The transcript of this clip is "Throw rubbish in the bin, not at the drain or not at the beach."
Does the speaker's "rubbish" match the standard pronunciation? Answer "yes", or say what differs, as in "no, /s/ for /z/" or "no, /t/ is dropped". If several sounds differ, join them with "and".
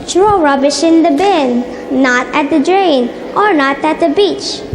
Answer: yes